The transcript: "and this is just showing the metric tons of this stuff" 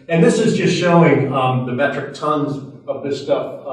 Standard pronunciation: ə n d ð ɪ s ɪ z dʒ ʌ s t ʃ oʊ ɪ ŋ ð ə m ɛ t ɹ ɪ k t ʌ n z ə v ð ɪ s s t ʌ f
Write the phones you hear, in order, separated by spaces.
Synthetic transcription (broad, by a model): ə n ð ɪ s ɪ z dʒ ʌ s t ʃ oʊ ɪ ŋ ð ə m ɛ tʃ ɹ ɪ k t ʌ n z ə v ð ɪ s s t ʌ f